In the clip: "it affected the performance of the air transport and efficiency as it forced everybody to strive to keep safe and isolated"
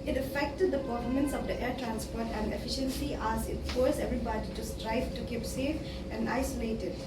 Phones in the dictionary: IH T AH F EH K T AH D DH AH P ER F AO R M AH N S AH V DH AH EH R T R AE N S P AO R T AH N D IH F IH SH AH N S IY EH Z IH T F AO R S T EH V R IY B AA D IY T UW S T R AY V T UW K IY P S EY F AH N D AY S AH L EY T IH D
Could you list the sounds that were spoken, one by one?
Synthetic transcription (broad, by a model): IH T AH F EH K T AH D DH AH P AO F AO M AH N S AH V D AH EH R T R AE N S P AO R T AH N D IH F IH SH AH N S IY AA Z IH T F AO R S EH V R IY B AA D IY T UW S T R AY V T UW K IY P S EY F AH N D AY S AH L EY T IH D